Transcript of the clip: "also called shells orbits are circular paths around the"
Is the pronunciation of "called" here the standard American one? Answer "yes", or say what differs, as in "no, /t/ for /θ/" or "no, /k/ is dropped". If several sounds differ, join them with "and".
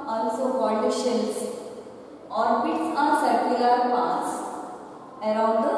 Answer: no, /n/ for /l/